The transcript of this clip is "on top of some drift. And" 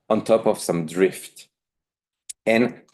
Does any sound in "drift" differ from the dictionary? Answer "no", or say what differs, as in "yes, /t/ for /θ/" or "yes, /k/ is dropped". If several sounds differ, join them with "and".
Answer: no